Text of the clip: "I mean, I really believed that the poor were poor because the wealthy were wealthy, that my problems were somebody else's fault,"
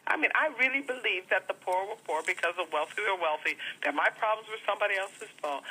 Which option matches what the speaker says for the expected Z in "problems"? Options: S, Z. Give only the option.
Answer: Z